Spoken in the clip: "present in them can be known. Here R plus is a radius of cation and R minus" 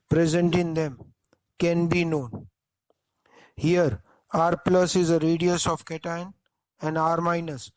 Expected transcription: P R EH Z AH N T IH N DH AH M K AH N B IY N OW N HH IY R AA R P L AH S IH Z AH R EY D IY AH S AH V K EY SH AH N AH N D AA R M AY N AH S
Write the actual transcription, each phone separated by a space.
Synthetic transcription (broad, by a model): P R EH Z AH N T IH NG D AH M K AH N B IY N OW N HH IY R AA R P L AH S IH Z AH R EY D IY AH S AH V K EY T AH N AH N D AA R M AY N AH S